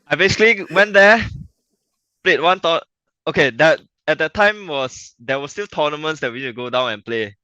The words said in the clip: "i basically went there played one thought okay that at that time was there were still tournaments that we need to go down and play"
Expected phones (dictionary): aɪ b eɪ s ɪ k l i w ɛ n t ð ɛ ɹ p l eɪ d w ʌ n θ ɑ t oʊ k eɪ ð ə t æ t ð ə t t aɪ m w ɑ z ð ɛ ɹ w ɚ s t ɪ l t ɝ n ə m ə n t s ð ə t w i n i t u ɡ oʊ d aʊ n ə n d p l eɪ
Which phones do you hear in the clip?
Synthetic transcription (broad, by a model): aɪ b eɪ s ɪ k l i w ɛ n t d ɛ p l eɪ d w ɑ n t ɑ oʊ k eɪ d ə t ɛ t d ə t t aɪ m w ɑ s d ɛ w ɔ s t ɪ l t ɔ n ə m ə n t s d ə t w i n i t u ɡ oʊ d aʊ n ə n p l eɪ